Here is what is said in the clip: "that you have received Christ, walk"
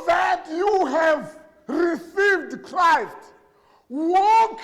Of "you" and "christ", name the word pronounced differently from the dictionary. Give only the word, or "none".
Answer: none